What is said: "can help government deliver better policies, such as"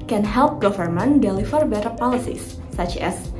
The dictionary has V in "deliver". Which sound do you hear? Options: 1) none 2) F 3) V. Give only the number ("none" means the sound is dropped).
2